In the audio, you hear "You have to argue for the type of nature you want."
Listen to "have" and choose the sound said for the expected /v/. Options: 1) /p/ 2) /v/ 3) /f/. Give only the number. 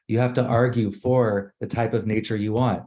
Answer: 3